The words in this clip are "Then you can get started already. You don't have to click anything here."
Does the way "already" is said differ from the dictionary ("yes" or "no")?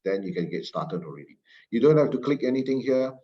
no